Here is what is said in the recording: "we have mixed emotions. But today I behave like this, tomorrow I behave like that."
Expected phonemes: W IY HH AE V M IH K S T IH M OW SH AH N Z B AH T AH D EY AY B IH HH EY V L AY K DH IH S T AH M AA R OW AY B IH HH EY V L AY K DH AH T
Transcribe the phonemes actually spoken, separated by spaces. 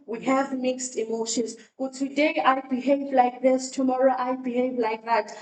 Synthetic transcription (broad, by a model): W IY HH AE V M IH K S T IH M OW SH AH N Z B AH T AH D EY AY B IH HH EY V L AY K DH IH S T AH M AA R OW AY B IH HH EY V L AY K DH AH T